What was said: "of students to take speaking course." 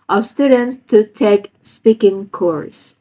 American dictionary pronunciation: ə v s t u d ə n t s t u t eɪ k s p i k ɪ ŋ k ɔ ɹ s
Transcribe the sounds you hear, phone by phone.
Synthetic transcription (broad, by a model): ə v s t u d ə n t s t u t eɪ k s p i k ɪ ŋ k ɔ ɹ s